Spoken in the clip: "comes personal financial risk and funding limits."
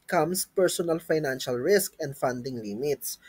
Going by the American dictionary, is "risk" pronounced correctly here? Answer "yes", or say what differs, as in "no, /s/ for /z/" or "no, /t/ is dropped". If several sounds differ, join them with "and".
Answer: yes